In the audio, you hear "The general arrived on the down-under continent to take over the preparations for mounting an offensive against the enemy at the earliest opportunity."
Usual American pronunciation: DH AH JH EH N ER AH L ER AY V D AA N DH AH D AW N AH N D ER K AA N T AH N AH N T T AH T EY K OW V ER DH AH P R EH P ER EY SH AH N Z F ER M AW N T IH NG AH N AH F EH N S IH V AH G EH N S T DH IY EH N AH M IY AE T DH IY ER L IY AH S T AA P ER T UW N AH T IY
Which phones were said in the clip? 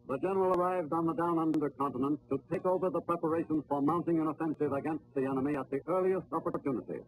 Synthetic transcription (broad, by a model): DH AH JH EH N ER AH L ER AY V D N DH AH D AW N AH N D ER K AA N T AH N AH N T T AH T EY K OW V ER DH AH P R EH P ER EY SH AH N Z F ER M AW N T IH NG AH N AH F EH N S IH V AH G EH N S T DH IY EH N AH M IY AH T DH IY ER L IY AH S T AA P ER T UW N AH T IY